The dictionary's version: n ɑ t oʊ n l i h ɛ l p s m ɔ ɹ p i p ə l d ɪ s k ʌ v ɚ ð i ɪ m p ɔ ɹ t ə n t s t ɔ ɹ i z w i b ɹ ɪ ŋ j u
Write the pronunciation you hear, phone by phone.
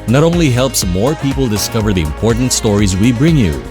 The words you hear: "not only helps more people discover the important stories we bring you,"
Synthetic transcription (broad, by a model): n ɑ t oʊ n l i h ɛ l p s m ɔ ɹ p i p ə l d ɪ s k ʌ v ɚ ð i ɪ m p ɔ ɹ t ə n t s t ɔ ɹ i z w i b ɹ ɪ ŋ j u